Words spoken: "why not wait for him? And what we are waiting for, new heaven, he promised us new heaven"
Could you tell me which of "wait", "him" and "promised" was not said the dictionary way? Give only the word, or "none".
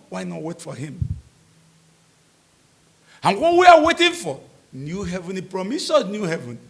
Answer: promised